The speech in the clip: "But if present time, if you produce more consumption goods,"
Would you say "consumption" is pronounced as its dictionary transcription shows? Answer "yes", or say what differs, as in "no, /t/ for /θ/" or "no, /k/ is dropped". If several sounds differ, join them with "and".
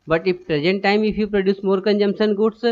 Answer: no, /s/ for /ʃ/